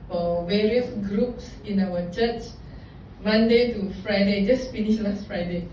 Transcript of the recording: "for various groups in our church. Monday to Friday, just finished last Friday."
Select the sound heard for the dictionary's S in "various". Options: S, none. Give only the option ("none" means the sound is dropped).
S